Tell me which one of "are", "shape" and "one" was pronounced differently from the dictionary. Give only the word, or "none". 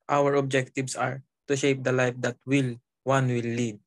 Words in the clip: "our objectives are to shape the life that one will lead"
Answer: one